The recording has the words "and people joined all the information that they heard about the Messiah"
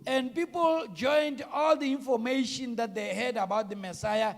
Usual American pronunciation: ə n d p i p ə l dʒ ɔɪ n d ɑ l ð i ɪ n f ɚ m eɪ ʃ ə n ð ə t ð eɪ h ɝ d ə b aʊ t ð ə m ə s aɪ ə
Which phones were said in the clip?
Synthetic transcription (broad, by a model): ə n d p i p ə l dʒ ɔɪ n d ɑ l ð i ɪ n f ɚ m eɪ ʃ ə n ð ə t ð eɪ h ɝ d ə b aʊ t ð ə m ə s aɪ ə